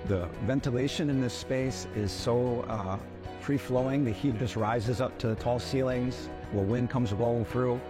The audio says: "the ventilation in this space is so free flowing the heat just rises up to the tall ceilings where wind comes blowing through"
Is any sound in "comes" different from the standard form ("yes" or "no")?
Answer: no